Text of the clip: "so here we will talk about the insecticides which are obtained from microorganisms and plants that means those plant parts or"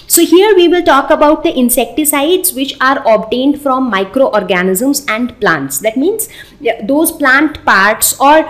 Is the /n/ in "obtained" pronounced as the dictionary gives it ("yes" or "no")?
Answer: yes